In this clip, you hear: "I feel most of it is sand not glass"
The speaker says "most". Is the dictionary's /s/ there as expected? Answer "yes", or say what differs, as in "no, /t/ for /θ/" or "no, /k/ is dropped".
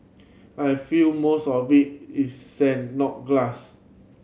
yes